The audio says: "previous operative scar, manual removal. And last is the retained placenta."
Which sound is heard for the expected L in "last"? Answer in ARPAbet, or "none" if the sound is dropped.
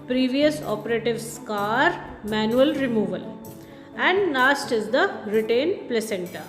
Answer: N